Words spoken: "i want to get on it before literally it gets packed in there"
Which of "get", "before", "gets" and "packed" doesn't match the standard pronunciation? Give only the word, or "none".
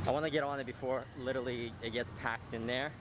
none